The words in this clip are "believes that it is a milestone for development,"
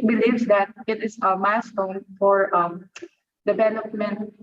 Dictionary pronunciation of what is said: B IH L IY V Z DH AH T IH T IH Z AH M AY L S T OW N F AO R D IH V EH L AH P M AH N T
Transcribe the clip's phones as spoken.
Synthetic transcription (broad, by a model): B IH L IY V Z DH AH T IH T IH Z AH M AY S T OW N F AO R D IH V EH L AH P M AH N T